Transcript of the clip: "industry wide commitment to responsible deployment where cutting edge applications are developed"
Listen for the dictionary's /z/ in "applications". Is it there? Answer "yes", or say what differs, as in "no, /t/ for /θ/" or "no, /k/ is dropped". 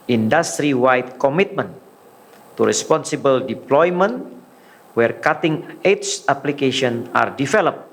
no, /z/ is dropped